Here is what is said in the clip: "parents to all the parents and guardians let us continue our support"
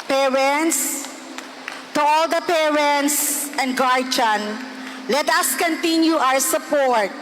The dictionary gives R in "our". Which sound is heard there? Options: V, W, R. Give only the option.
W